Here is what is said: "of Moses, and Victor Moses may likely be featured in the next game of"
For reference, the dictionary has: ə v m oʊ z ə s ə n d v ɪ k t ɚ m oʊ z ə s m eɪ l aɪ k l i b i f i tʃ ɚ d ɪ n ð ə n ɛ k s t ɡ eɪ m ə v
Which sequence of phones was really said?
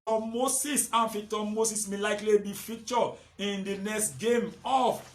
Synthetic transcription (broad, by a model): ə m oʊ s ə s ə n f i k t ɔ m oʊ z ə s m eɪ l aɪ k l i b i f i tʃ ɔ ɪ n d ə n ɛ k s t ɡ eɪ m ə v